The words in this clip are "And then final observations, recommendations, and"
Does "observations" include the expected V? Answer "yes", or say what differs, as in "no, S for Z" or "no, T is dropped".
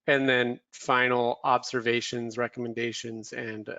yes